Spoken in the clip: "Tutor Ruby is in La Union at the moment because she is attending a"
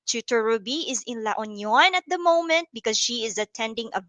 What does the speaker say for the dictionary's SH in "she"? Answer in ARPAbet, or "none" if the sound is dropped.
SH